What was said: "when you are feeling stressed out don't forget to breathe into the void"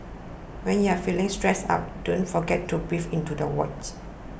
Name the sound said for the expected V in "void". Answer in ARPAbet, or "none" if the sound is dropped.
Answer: W